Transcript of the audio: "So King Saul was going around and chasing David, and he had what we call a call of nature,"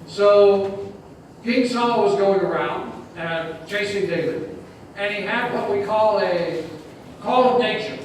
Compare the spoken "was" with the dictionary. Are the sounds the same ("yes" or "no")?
yes